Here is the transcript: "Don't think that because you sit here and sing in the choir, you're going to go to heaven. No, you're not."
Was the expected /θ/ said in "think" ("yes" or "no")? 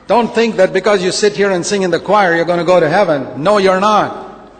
yes